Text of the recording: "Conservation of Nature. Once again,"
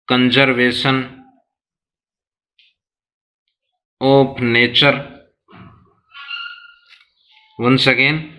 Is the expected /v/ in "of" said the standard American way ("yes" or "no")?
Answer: no